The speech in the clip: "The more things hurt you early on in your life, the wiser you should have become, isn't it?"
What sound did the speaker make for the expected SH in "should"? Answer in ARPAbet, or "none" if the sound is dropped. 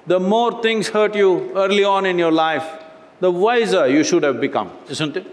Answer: SH